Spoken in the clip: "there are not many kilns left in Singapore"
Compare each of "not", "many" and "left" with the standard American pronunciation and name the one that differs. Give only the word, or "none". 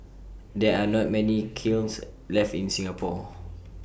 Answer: none